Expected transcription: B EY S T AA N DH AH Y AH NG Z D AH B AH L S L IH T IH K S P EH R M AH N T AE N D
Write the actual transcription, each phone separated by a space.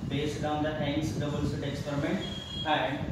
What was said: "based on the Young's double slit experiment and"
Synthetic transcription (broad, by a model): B EY S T AA N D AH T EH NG S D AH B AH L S IH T IH K S P EH R M AH N T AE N D